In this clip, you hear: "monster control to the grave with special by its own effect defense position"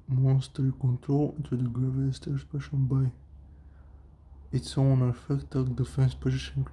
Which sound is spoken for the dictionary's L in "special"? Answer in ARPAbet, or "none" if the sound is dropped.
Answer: N